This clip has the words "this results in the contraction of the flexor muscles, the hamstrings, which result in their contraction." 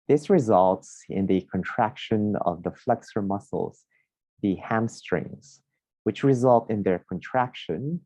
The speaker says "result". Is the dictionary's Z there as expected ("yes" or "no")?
yes